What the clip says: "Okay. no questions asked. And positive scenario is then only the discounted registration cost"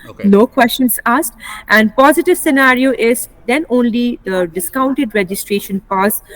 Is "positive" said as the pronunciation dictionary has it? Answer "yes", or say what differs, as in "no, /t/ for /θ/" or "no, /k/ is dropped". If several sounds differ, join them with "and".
yes